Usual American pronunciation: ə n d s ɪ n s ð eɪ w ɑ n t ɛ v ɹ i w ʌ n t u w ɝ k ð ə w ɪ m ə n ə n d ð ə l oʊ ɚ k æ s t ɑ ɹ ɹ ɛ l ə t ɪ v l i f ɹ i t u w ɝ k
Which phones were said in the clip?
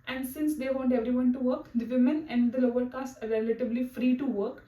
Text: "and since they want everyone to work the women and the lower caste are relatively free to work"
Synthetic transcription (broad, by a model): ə n d s ɪ n s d eɪ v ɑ n t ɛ v ɹ i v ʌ n t u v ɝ k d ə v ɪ m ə n ə n d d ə l oʊ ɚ k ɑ s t ɑ ɹ ɹ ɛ l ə t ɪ b l i f ɹ i t u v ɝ k